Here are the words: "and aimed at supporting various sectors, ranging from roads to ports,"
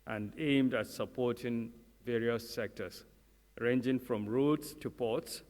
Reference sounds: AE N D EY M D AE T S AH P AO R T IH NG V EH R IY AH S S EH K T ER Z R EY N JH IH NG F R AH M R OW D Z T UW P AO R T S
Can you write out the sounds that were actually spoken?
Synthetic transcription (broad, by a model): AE N D EY M D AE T S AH P AO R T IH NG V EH R IY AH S S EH K T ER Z R EY N JH IH NG F R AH M R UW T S T UW P AO T S